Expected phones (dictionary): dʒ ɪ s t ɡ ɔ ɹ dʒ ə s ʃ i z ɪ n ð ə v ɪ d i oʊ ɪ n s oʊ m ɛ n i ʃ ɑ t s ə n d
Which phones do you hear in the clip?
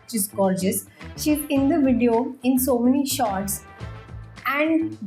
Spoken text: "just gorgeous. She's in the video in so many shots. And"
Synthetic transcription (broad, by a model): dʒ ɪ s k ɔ l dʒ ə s ʃ i z ɪ n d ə v ɪ d i oʊ ɪ n s oʊ m ɛ n i ʃ ɑ t s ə n d